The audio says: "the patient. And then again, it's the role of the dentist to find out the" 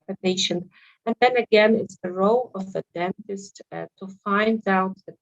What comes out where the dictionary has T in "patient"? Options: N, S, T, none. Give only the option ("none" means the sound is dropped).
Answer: none